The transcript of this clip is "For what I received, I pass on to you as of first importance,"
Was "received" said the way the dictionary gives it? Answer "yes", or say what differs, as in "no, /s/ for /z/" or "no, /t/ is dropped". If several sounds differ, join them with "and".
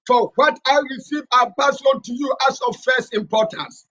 no, /d/ is dropped